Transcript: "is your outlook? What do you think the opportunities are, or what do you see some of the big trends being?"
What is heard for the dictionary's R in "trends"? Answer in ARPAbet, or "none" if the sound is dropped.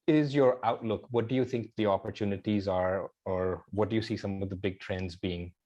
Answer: R